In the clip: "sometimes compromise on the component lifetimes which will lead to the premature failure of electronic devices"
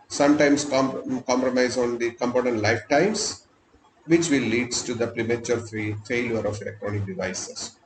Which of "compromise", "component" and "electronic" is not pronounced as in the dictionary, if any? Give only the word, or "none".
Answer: none